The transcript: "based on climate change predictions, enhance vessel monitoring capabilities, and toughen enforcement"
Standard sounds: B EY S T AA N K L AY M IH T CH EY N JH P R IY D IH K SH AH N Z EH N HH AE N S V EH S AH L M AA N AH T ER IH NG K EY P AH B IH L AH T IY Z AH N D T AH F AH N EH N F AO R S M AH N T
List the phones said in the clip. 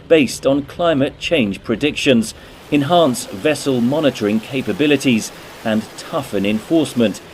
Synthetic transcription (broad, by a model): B EY S T N K L AY M IH T CH EY N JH P R IY D IH K SH AH N Z EH N HH AE N S V EH S AH L M AA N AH T ER IH NG K EY P AH B IH L AH T IY Z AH N T AH F AH N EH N F AO R S M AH N T